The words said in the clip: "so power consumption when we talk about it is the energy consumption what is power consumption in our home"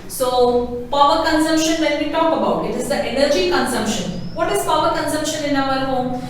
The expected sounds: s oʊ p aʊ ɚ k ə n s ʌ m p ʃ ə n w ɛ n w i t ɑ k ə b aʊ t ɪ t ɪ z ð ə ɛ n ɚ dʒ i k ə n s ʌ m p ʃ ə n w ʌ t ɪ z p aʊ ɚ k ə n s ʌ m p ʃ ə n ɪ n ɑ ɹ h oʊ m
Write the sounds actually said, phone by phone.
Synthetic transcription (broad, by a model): s oʊ p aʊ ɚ k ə n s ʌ m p ʃ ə n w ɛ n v i t ɑ k ə b aʊ t ɪ t ɪ z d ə ɛ n ɚ dʒ i k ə n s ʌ m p ʃ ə n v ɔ t ɪ z p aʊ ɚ k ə n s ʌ m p ʃ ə n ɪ n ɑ l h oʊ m